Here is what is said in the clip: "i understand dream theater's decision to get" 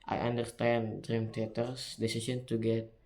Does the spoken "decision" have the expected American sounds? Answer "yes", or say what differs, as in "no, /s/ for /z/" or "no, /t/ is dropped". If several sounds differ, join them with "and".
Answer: no, /s/ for /ʒ/